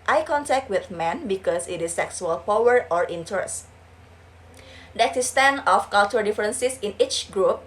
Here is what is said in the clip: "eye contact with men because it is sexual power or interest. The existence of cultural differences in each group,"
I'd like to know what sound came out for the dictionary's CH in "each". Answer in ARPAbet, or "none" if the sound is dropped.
CH